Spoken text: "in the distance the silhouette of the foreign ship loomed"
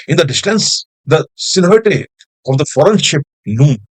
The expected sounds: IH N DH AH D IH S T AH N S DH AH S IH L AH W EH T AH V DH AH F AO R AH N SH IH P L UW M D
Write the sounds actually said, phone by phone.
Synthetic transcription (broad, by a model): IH N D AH D IH S T AH N S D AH S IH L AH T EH AH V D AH F AO R AH N SH IH P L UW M